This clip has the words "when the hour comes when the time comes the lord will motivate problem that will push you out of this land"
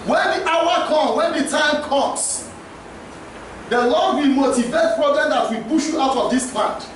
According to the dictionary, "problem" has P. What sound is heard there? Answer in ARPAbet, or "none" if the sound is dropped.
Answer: B